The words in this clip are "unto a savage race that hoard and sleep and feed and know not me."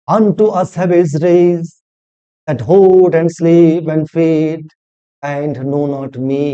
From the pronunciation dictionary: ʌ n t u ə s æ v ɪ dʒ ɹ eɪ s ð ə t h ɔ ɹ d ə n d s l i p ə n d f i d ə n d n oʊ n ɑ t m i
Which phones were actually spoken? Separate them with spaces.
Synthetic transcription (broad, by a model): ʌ n t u ə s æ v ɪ z ɹ eɪ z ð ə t h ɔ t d ə n d s l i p ə n d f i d ə n d n oʊ n ɑ t m i